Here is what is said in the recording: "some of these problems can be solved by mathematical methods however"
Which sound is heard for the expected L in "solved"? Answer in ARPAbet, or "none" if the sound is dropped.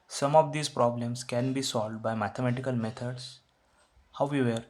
L